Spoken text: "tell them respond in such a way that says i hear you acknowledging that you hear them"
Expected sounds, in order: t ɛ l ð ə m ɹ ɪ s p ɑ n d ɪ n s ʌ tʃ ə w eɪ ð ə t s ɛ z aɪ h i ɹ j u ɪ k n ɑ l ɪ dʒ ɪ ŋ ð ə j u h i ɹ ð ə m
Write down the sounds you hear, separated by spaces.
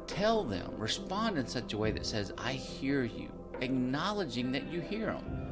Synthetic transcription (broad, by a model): t ɛ l ð ə m ɹ ɪ s p ɑ n d ɪ n s ʌ tʃ ə w eɪ ð ə t s ɛ z aɪ h i ɹ j u ɪ k n ɑ l ɪ dʒ ɪ ŋ ð ə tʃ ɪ h i ɹ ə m